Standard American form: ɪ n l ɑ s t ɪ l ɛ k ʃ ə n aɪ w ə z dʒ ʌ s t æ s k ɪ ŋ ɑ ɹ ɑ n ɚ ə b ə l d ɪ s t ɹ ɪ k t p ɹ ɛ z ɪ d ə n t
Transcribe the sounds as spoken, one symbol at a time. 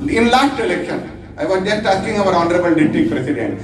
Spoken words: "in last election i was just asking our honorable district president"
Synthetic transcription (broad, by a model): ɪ n l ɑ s t ɪ l ɛ k ʃ ə n aɪ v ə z dʒ ʌ s t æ s k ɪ ŋ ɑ ɹ ɑ n ɚ ə b ə l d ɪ t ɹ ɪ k p ɹ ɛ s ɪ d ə n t